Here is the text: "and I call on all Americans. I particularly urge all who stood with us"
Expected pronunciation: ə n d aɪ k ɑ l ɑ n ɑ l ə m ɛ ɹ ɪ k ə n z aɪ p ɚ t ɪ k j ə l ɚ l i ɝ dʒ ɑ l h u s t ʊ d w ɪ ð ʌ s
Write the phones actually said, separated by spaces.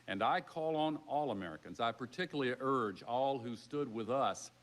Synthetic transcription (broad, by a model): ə n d aɪ k ɑ l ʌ n ɑ l ə m ɛ ɹ ɪ k ə n z aɪ p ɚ t ɪ k j l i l ɝ dʒ ɑ l h u s t ʊ d w ɪ ð ʌ s